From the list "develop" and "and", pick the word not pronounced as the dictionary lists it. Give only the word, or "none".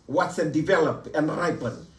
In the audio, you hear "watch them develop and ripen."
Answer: none